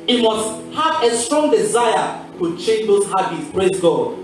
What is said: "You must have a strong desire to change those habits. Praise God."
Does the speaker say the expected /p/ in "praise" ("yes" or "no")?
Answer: no